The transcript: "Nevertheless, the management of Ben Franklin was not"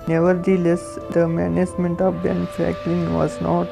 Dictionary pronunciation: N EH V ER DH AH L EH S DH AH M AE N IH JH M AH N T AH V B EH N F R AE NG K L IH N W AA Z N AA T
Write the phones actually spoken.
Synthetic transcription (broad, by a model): N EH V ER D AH L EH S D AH M AE N IH JH M AH N T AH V B EH N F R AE K L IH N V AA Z N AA T